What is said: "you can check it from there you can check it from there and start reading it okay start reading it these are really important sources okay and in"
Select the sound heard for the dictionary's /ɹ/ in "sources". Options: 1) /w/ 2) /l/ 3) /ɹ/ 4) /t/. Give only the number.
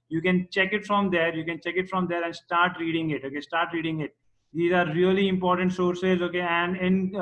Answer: 3